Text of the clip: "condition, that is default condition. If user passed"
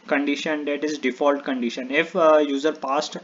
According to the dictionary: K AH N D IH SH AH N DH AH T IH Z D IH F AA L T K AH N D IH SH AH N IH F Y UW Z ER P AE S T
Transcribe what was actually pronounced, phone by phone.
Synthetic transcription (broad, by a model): K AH N D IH SH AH N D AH T IH Z D IH F AA L T K AH N D IH SH AH N IH F Y UW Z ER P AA S T